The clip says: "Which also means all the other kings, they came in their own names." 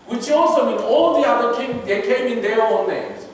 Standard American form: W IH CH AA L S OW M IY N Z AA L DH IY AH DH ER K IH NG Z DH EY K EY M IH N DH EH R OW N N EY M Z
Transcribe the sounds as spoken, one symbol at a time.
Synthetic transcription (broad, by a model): W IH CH AA L S OW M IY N AA L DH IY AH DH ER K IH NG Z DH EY K EY M IH N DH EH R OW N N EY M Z